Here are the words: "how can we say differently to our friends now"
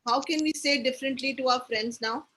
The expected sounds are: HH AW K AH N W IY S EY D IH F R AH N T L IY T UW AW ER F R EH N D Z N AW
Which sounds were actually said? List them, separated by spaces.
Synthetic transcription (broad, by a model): HH AW K AH N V IY S EY D IH F R AH N T L IY T UW AW ER F R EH N D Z N AW